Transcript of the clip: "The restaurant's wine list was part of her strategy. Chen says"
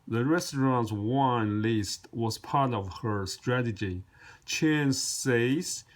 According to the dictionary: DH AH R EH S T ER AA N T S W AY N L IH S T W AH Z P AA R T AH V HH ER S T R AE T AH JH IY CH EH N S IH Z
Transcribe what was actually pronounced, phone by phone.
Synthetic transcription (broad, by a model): DH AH R EH S T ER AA N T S W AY N L IH S T W AH Z P AA R T AH V HH ER S T R AE T AH JH IY CH EH N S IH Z